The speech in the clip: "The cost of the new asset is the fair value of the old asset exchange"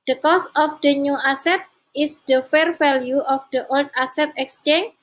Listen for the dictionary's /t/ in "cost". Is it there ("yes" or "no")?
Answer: no